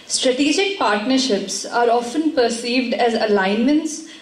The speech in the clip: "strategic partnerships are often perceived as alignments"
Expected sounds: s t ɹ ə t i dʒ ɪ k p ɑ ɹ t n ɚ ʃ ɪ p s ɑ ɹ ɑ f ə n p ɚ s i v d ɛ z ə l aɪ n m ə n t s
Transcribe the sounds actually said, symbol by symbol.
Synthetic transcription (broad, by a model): s t ɹ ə t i dʒ ɪ k p ɑ ɹ t n ɚ ʃ ɪ p s ɑ ɹ ɑ f ə n p ɚ s i v d ɛ z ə l aɪ n m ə n t s